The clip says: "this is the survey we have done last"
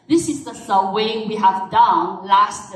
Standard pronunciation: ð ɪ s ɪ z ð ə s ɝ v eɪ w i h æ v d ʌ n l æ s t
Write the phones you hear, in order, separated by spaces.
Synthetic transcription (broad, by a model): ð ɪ s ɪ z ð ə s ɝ w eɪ w i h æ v d ʌ n l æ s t